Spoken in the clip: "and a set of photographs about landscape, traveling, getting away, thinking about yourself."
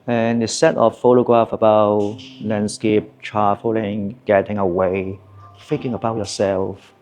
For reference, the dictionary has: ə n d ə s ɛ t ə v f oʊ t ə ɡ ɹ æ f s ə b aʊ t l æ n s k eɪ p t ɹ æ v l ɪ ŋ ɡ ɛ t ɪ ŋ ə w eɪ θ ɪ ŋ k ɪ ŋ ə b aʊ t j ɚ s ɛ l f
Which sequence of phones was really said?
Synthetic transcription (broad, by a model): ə n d ə s ɛ t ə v f oʊ t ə ɡ ɹ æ f ə b aʊ t l æ n s k eɪ p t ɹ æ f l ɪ ŋ ɡ ɛ t ɪ ŋ ə w eɪ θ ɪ ŋ k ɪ ŋ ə b aʊ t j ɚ s ɛ l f